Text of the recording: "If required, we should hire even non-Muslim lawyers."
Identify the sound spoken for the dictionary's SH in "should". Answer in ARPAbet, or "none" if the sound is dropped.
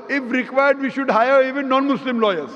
SH